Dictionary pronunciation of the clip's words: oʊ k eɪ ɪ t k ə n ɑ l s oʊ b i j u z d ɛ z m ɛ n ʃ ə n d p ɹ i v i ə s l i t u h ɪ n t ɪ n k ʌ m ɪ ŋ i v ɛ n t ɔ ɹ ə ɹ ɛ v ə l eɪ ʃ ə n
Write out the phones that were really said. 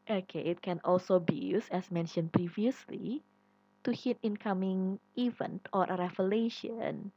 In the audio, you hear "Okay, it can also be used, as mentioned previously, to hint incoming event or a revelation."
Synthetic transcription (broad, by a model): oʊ k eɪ ɪ t k ə n ɑ l s oʊ b i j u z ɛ s m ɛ n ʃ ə n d p ɹ i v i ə s l i t u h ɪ t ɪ n k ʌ m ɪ ŋ i v ɛ n t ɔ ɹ ə ɹ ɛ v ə l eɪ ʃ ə n